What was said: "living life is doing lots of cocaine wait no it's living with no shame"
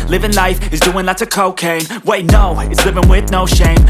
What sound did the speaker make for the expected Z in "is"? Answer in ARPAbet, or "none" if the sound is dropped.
Z